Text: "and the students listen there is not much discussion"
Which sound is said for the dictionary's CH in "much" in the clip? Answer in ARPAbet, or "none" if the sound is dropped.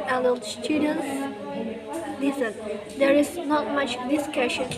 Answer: CH